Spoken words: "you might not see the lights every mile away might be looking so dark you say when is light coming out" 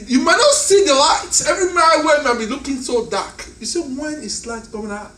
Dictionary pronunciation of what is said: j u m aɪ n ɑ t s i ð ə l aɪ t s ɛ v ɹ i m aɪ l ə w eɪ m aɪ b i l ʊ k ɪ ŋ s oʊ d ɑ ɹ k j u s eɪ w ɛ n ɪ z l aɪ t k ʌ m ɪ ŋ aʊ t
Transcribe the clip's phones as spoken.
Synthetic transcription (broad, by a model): j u m aɪ n ɑ t s i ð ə l aɪ t ɛ v ɹ i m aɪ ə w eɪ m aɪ b i l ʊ k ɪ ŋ s oʊ d ɑ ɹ k j u s eɪ w ɛ n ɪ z l aɪ t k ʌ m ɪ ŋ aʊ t